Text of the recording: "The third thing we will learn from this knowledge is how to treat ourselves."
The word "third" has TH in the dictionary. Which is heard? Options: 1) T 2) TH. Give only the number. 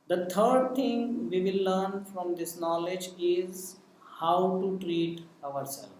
1